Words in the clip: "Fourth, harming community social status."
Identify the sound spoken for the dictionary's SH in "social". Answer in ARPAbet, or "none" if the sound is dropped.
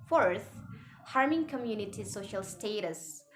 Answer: SH